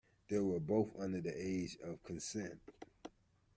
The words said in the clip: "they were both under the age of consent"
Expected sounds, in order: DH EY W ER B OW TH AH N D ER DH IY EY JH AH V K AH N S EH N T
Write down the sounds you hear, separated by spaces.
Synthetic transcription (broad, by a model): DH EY W ER B OW TH AH N D ER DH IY EY JH AH V K AH N S EH N T